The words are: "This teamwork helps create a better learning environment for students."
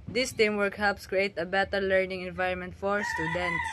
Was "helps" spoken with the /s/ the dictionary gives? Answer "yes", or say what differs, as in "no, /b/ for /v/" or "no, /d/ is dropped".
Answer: yes